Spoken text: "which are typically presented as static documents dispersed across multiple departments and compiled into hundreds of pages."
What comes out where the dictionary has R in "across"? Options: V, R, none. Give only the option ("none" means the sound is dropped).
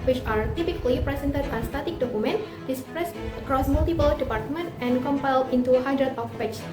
R